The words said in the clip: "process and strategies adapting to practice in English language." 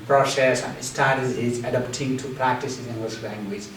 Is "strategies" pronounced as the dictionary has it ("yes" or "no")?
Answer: no